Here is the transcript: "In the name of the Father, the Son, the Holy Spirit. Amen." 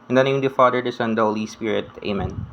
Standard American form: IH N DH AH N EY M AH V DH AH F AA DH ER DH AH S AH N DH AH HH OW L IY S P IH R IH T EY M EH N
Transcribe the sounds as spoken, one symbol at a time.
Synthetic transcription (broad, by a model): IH N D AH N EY AH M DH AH F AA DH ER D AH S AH N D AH HH OW L IY S P IH R IH T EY M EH N